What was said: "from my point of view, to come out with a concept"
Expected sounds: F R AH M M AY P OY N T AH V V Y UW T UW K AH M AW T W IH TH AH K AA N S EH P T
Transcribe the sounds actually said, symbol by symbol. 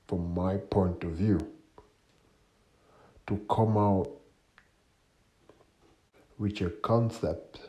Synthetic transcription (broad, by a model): F R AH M M AY P OY N T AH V V Y UW T UW K AH M AW T W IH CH AH K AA N S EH P T